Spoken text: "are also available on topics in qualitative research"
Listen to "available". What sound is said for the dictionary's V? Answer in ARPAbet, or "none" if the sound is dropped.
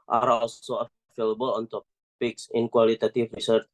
F